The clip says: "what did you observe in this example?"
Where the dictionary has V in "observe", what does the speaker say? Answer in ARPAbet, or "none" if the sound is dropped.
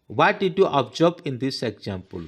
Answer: P